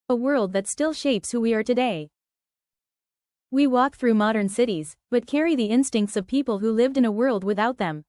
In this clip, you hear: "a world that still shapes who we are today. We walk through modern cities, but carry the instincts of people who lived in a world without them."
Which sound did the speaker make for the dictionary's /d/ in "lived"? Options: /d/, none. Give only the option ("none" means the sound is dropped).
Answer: /d/